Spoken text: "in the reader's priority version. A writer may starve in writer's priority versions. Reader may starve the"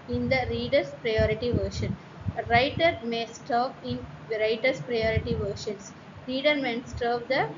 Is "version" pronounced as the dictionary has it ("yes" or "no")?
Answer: no